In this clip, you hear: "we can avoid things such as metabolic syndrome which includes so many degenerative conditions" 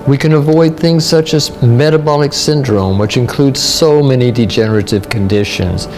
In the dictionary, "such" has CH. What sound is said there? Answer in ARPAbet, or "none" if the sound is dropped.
CH